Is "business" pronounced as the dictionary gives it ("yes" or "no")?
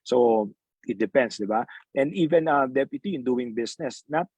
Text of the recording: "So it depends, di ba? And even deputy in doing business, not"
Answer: no